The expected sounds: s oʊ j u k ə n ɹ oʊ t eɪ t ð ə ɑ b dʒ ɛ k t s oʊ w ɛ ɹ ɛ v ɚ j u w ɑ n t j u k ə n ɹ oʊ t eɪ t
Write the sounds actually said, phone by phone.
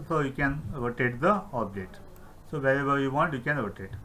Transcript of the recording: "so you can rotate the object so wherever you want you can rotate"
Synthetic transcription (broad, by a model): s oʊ j u k ə n ɹ oʊ t eɪ t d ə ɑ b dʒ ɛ t s oʊ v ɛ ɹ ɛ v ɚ j u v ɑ n t j u k ə n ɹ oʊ t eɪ t